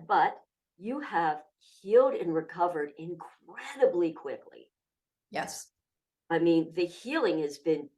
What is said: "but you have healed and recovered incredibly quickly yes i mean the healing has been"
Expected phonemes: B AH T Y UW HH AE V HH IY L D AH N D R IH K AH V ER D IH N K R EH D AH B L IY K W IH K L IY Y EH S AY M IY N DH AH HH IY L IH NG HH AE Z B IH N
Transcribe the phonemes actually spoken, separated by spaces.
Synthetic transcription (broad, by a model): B AH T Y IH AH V HH IY L D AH N R IH K AH V ER D IH N K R EH D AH B L IY K W IH K L IY Y EH S AY M IY N DH AH HH IY L IH NG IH Z B IH N